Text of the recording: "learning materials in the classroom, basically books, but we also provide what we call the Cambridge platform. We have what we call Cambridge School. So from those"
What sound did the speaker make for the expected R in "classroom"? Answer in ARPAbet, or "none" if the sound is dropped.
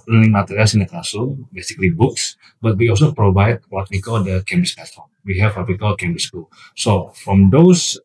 none